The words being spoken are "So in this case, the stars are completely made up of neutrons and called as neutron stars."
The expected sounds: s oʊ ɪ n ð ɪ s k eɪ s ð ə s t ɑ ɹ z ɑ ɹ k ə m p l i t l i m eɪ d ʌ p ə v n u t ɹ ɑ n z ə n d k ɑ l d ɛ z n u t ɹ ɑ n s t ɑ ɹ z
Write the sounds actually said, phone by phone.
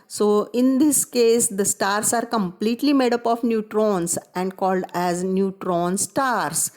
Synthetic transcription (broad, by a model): s oʊ ɪ n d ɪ s k eɪ s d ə s t ɑ ɹ s ɑ ɹ k ə m p l i t l i m eɪ d ʌ p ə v n u t ɹ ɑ n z ə n d k ɑ l d ɛ z n u t ɹ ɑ n s t ɑ ɹ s